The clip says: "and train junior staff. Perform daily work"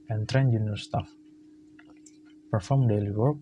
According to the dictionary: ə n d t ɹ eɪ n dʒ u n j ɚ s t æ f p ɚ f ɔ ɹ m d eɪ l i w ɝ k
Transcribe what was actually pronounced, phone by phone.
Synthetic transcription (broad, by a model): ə n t ɹ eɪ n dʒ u n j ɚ s t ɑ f p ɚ f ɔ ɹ m d eɪ l i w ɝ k